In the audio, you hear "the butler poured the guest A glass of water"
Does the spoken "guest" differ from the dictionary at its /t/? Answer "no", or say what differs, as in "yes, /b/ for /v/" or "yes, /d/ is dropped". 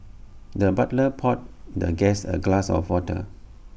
yes, /t/ is dropped